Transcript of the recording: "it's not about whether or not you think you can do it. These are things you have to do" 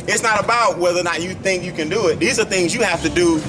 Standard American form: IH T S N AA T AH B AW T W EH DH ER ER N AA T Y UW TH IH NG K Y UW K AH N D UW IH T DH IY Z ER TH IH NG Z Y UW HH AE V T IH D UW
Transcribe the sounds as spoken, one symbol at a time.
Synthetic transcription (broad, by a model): IH T S N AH T AH B AW T W EH DH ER ER N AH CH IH TH IH NG K Y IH K AH N D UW IH T DH IY Z ER TH IH NG Z Y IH HH AE F T IH D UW